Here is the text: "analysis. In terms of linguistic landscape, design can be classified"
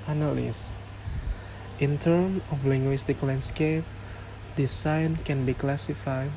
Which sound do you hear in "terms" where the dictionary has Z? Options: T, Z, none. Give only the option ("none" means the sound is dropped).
none